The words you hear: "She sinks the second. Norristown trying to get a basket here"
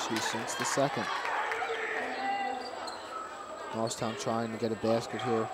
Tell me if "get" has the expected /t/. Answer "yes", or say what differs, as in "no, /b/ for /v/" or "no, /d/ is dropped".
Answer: yes